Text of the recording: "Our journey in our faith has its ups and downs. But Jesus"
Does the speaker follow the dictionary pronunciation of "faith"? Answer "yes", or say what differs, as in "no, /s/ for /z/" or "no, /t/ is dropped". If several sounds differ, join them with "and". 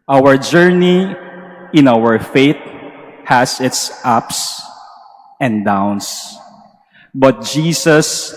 no, /t/ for /θ/